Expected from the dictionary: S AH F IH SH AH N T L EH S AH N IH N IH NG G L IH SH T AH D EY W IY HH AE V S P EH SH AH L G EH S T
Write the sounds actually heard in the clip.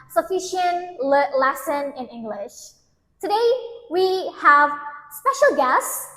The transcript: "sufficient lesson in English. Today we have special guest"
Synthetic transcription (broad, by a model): S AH F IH SH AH N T L EH S AH N IH N IH NG G L IH SH T AH D EY W IY HH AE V S P EH SH AH L G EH S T